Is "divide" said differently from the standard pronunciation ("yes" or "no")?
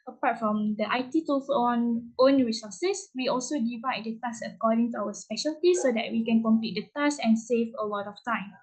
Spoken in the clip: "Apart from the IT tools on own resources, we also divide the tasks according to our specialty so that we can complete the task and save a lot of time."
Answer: no